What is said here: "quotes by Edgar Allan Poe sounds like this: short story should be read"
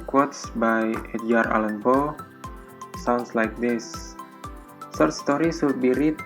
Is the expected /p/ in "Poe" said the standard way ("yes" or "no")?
no